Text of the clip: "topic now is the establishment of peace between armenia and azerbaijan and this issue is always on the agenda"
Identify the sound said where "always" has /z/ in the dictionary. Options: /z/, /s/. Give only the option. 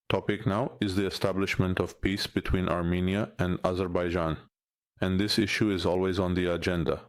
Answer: /z/